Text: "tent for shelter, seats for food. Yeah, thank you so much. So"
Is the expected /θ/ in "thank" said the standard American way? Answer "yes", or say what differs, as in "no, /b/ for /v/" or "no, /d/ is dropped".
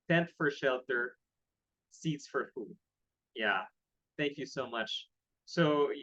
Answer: yes